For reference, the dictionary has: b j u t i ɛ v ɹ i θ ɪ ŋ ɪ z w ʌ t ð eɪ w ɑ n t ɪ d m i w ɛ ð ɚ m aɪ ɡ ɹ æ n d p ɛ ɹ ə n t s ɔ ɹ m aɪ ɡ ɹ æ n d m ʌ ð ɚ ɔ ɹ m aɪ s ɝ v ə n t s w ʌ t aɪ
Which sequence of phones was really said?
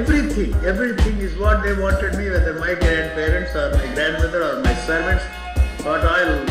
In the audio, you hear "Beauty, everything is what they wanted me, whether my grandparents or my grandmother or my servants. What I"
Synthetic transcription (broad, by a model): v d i t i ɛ v ɹ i t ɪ ŋ ɪ z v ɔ t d eɪ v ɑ n t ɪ d m i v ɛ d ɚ m aɪ ɡ ɹ æ n d p ɛ ɹ ə n t s ɔ ɹ m aɪ ɡ ɹ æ n d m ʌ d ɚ ɔ ɹ m aɪ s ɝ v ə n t s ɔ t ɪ